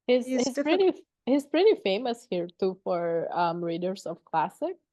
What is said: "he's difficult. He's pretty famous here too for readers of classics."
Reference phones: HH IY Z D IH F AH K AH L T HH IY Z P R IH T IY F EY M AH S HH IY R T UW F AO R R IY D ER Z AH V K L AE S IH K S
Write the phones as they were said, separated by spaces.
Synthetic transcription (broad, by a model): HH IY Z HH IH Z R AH T HH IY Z P R IH T IY F EY M AH S HH IY R T UW F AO R R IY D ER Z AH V K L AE S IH K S